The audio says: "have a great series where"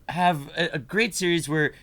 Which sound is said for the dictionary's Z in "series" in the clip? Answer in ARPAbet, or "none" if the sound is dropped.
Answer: Z